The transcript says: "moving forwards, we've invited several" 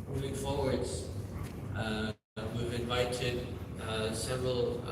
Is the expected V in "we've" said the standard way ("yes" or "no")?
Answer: yes